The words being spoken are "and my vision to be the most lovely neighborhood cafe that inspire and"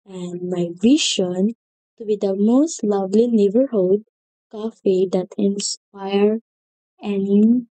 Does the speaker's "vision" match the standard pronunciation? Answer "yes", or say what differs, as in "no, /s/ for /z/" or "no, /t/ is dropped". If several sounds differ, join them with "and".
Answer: no, /ʃ/ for /ʒ/